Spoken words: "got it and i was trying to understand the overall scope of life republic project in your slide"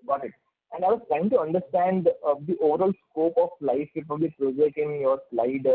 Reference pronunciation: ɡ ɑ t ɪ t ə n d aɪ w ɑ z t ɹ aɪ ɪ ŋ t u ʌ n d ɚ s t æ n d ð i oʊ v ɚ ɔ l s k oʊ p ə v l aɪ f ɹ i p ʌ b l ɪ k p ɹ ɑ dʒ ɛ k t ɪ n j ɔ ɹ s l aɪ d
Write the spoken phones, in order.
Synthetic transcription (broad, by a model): ɡ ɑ t ɪ t ə n d aɪ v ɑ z t ɹ aɪ ɪ ŋ t u ʌ n d ɚ s t æ n d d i oʊ v ɚ ɔ l s k oʊ p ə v l aɪ f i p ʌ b ɪ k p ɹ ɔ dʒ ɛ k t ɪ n j ɔ ɹ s l aɪ d